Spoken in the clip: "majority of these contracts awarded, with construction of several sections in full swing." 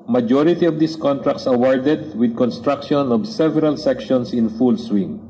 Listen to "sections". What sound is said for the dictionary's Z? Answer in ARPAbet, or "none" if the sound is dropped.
S